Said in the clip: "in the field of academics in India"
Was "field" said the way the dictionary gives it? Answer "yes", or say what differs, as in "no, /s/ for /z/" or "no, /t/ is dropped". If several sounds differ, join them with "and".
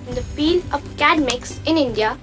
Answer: no, /d/ is dropped